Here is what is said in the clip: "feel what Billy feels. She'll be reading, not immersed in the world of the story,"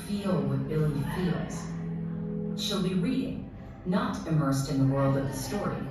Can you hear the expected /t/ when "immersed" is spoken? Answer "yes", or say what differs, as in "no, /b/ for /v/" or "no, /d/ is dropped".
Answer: yes